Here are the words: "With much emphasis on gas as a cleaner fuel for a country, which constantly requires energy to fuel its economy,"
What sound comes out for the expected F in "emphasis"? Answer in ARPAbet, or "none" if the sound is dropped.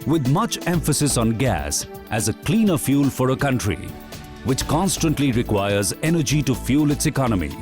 F